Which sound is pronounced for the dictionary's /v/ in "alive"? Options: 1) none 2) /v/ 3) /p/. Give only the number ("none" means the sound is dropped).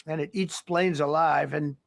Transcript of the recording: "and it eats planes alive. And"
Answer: 2